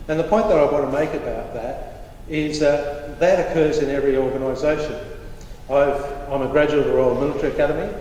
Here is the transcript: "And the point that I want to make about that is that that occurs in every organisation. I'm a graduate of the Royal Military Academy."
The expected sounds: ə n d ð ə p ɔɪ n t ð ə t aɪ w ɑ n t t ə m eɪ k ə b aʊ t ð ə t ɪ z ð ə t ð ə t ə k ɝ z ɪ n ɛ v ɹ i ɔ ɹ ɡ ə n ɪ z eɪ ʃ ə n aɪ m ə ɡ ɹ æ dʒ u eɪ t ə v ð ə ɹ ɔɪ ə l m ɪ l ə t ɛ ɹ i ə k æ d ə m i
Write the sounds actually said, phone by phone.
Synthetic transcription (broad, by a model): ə n ð ə p ɔɪ n ð ə t aɪ w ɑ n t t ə m eɪ k ə b aʊ t ð ə t ɪ z ð ə t ð ə t ə k ɝ z ɪ n ɛ v ɹ i ɔ ɹ ɡ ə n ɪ z eɪ ʃ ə n aɪ m ə ɡ ɹ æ dʒ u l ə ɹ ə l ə m ɪ l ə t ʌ ɹ i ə k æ d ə m i